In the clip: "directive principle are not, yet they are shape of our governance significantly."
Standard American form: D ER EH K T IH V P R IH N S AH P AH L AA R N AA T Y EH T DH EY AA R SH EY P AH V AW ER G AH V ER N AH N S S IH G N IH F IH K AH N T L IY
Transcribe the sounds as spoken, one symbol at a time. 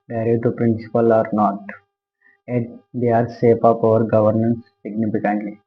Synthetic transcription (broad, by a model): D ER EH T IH P R IH N S AH P AH L AA R N AA T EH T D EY AA R S EY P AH P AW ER G AH V ER N AH N S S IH G N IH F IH K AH N T L IY